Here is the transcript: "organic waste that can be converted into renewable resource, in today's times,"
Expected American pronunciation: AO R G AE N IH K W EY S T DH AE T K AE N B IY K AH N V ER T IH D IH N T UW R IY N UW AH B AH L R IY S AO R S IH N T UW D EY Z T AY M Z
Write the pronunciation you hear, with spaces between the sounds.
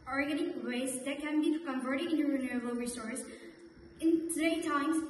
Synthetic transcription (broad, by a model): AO R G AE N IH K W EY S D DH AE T K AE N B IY K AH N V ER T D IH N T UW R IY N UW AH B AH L R IY S AO R S IH N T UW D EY T AY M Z